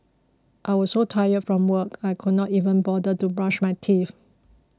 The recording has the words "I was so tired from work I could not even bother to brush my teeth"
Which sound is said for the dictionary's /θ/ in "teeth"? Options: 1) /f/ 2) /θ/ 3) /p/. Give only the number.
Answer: 1